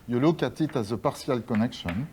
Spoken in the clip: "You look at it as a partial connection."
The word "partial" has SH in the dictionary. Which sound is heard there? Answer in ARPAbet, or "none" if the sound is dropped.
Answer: S